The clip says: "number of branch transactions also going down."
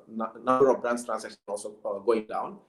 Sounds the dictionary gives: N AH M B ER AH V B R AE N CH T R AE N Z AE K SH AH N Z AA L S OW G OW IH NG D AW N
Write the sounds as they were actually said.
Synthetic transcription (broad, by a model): N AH M B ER AH V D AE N S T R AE N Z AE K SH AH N AA L S OW G OW IH NG D AW N